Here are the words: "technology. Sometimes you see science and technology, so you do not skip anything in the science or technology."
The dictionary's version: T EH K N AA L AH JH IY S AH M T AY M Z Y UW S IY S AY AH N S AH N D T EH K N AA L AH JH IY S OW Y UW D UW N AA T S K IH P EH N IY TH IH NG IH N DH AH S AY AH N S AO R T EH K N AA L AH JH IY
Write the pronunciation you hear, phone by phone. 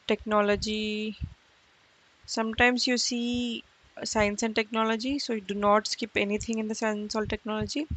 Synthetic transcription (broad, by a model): T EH K N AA L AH JH IY S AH M T AY M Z Y UW S IY S AY AH N S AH N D T EH K N AA L AH JH IY S OW Y UW D UW N AA T S K IH P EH N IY T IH NG IH N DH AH S AY AH N S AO L T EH K N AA L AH JH IY